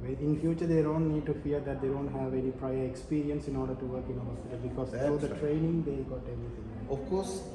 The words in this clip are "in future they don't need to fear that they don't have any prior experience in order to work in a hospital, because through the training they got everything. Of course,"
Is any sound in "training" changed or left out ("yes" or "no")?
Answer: no